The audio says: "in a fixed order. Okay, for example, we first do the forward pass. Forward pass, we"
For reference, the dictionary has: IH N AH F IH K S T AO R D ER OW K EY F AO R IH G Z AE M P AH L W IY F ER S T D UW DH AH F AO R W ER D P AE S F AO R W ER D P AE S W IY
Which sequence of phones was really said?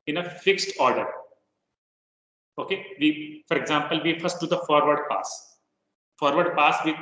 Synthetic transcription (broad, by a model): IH N AH F IH K S T AO R D ER OW K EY F AO R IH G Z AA M P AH L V IY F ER S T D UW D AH F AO R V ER D P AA S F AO R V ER D P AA S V IY